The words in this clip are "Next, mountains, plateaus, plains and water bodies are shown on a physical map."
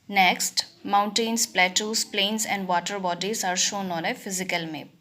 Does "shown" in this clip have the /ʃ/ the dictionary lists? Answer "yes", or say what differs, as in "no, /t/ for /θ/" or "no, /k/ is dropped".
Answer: yes